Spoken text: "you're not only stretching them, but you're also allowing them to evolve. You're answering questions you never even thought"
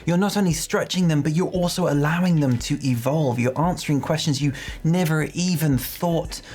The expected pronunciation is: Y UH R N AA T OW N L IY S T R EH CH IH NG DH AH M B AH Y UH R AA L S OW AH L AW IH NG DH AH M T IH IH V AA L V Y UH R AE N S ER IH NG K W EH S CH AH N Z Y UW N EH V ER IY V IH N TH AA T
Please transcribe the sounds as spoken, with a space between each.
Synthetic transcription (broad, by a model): Y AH R N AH T OW N L IY S T R EH CH IH NG DH AH M B AH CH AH R AA L S OW AH L AW IH NG DH AH M T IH IH V AA L V Y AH R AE N S ER IH NG K W EH S CH AH N Z Y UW N EH V ER IY V IH N TH AA T